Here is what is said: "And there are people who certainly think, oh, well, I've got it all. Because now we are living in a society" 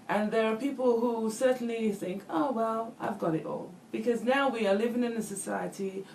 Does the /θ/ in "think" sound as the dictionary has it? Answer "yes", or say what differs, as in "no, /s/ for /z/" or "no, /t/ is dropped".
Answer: yes